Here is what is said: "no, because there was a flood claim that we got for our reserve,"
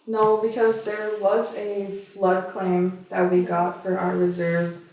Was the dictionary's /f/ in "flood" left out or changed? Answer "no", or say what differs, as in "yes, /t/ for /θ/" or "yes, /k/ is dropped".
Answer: no